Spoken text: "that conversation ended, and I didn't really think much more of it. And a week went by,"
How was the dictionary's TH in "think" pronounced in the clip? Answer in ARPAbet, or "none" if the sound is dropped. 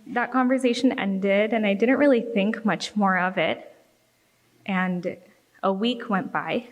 TH